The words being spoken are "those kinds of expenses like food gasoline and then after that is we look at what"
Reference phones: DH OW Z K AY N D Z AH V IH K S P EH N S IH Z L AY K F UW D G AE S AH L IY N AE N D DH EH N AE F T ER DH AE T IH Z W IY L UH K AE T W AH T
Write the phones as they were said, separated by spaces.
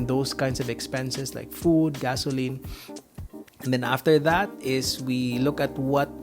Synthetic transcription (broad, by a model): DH OW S K AY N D S AH V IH K S P EH N S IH S L AY K F UW D G AE S AH L IY N N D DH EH N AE F T ER DH AE T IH S W IY L UH K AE T W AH T